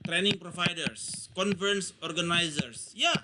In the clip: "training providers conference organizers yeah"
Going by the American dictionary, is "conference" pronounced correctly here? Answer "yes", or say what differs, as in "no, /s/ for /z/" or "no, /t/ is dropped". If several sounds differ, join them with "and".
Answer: no, /ɹ/ is dropped